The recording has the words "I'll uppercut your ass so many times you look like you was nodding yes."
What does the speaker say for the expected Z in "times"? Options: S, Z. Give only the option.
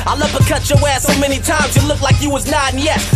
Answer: Z